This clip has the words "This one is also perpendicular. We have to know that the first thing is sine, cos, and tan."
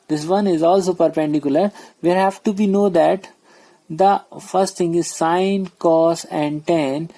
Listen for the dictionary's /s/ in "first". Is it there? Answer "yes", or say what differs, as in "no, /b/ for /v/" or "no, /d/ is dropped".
yes